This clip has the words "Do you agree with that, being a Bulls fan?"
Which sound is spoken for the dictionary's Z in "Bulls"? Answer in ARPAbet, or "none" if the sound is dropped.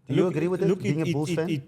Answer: none